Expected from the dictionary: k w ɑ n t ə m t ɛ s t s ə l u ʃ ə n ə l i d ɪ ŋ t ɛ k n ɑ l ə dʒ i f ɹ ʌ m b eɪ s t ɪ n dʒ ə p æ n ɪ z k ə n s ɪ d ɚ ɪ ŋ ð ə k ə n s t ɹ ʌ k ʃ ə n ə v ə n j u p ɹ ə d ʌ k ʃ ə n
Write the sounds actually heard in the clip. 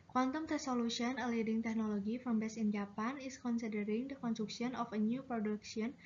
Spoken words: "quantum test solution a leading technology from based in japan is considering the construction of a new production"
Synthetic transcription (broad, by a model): k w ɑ n t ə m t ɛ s s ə l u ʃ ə n ə l i d ɪ ŋ t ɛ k n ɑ l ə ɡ i f ɹ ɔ m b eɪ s ɪ n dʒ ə p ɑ n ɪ s k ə n s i d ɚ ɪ ŋ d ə k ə n s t ɹ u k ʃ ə n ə f ə n j u p ɹ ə d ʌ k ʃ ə n